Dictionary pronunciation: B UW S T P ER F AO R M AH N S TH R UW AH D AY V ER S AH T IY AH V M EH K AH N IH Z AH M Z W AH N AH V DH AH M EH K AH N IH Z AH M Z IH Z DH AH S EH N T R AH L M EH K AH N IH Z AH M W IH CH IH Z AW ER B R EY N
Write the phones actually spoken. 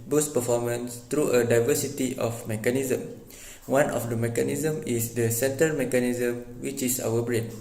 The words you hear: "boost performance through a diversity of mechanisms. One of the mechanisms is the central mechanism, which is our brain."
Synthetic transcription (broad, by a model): B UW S P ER F AO M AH N S T R UW AH D AY V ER S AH T IY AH F M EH K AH N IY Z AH M W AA N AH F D AH M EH K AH N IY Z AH M IH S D AH S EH N T AH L M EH K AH N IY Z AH M W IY CH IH S AW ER B R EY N